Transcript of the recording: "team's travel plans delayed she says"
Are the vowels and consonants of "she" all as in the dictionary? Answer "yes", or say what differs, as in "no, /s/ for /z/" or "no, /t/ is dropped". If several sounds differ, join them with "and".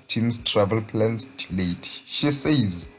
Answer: yes